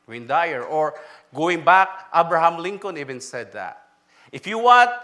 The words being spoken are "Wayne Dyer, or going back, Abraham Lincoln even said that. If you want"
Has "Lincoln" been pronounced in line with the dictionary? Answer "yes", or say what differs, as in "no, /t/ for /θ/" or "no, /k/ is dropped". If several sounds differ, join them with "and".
yes